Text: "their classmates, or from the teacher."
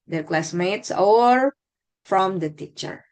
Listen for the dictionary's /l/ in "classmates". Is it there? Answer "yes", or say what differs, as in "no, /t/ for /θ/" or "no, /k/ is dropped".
yes